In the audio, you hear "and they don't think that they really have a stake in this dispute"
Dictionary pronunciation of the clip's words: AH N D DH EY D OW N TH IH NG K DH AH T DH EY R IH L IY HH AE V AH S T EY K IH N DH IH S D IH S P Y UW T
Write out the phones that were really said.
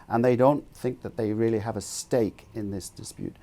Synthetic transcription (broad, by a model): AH N DH EY D OW N TH IH NG K DH AH T DH EY R IH L IY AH V AH S T EY K IH N DH IH S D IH S P Y UW T